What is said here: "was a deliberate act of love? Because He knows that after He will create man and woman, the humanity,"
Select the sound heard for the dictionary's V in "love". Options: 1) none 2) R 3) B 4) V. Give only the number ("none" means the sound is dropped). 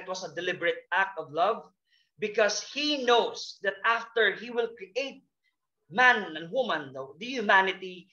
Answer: 4